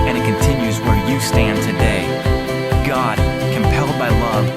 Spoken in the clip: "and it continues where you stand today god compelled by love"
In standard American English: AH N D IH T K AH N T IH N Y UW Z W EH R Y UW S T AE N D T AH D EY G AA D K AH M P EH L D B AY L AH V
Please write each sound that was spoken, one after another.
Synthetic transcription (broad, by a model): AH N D IH T K AH N T IH N Y UW Z W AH R Y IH S T AE N T AH D EY G AA D K AH M P EH L D B AY L AH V